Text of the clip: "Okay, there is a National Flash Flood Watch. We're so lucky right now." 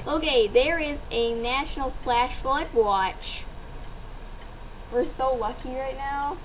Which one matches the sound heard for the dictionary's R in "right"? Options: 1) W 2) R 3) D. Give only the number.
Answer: 2